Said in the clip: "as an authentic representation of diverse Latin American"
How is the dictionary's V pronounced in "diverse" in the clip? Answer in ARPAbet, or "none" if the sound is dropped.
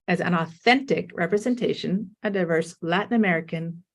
V